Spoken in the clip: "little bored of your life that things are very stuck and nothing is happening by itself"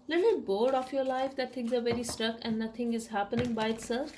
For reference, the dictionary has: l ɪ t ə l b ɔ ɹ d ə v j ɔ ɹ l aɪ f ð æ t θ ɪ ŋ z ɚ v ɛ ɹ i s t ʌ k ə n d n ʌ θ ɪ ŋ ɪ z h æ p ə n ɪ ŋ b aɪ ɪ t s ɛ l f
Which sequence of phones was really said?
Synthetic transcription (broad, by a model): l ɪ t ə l b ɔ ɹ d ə f j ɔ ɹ l aɪ f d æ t t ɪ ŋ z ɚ v ɛ ɹ i s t ʌ k ə n d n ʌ t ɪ ŋ ɪ z h æ p ə n ɪ ŋ b aɪ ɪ t s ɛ l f